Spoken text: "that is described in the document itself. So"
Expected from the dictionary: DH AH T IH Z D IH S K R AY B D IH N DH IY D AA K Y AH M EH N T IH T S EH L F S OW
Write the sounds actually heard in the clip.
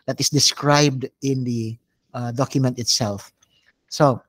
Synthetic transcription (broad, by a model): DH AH T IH S D IH S K R AY B D IH N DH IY D AA K Y AH M EH N T IH T S EH L F S OW